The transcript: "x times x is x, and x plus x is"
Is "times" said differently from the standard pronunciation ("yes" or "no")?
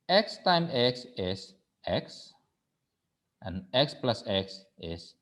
yes